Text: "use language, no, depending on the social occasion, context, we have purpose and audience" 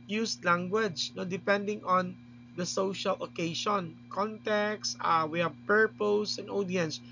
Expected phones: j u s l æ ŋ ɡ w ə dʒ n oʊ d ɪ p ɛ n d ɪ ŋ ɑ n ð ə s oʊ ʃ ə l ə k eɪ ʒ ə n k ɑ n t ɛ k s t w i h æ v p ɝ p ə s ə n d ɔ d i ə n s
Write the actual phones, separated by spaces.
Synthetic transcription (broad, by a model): j u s l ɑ ŋ ɡ w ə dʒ n oʊ d ɪ p ɛ n d ɪ ŋ ɑ n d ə s oʊ ʃ ə l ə k eɪ ʃ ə n k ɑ n t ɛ k s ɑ w i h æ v p ɝ p ə s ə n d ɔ d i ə n s